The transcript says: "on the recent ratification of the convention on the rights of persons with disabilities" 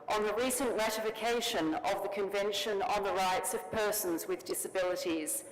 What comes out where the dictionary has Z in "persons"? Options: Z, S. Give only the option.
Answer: Z